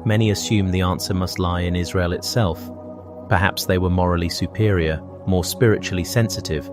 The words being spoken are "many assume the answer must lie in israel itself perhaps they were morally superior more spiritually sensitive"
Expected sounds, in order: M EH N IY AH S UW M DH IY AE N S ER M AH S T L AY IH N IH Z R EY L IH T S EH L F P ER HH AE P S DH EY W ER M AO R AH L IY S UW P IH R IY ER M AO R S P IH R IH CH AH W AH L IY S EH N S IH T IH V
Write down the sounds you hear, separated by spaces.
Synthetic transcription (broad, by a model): M EH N IY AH S UW M DH IY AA N S ER M AH S T L AY IH N IH Z R EY L IH T S EH L F P ER HH AE P S DH EY W ER M AO R AH L IY S UW P IH R IY ER M AO R S P IH R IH CH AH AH L IY S EH N S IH T IH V